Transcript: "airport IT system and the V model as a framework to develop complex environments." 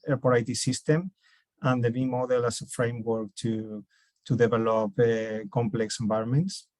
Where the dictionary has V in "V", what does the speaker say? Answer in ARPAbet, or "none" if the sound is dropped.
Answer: B